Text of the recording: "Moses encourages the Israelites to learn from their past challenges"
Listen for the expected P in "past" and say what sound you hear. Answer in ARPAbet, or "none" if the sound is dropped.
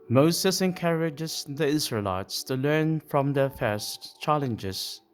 F